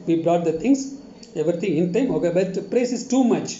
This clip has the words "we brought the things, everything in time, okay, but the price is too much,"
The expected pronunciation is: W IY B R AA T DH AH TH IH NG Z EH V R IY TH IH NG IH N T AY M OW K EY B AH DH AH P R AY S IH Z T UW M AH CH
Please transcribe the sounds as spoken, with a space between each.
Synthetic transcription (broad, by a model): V IY B R AA T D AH T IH NG S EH V R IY T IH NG IH N T AY M OW K EY B AH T P R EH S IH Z T UW M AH CH